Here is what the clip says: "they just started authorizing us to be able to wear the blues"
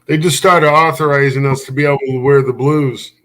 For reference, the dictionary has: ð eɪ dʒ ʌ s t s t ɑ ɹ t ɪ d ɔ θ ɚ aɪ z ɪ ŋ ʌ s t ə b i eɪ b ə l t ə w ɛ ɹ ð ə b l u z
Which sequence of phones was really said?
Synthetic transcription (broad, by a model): ð eɪ dʒ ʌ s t s t ɑ ɹ t ɪ d ɔ θ ɚ aɪ z ɪ ŋ ʌ s t ə b i eɪ b l t ə w ɛ ɹ ð ə b l u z